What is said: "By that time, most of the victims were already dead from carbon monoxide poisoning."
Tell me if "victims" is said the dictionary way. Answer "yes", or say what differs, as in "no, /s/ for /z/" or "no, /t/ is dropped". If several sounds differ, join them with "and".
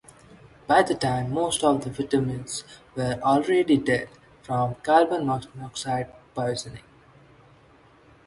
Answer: no, /k/ is dropped